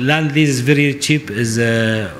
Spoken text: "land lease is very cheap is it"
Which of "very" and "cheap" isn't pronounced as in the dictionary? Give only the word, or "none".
none